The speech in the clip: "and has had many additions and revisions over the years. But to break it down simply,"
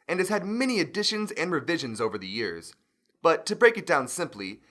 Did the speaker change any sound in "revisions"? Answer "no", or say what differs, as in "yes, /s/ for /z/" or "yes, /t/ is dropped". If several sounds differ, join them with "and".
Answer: no